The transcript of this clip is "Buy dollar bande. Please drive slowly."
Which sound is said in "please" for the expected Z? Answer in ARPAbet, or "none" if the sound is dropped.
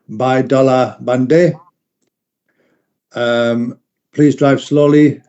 Z